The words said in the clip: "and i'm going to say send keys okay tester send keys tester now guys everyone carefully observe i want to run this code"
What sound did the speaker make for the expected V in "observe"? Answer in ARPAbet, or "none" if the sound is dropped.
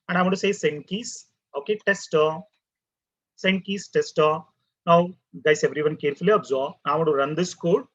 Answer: B